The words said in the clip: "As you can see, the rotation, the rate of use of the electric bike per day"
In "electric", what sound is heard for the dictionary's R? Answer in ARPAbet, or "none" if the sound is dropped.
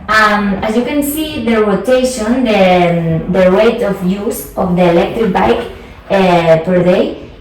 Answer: R